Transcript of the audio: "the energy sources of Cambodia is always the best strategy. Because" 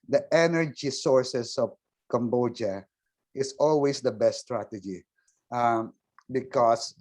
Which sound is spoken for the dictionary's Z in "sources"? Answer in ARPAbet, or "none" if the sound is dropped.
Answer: S